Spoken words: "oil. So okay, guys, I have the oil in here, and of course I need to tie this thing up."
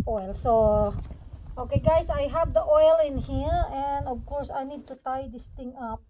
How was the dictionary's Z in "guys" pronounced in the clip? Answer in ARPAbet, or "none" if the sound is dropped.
S